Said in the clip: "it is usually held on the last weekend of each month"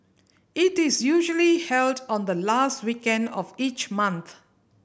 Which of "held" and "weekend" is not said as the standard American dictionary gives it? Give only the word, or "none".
none